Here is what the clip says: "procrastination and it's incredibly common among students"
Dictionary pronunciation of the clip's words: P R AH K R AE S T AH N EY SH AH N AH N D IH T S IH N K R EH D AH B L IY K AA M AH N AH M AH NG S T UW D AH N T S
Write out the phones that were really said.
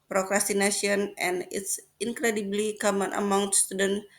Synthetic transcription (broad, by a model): P R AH K R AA S T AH N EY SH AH N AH N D IH T S IH N K R EH D AH B L IY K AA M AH N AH M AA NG S T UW D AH N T